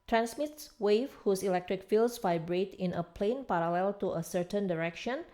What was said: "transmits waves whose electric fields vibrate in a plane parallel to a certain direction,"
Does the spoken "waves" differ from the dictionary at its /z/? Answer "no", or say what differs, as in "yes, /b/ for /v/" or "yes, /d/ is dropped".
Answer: yes, /z/ is dropped